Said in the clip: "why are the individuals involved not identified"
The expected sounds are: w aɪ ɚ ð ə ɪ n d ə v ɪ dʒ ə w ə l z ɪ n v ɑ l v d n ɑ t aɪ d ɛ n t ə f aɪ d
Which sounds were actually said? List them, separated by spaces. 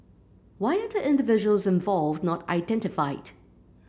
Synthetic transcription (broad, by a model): w aɪ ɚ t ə ɪ n d ə v ɪ dʒ ə w ə l z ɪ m v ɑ l v d n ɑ t aɪ d ɛ n t ə f aɪ d